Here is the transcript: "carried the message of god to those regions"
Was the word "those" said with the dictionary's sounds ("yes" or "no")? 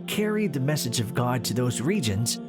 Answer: yes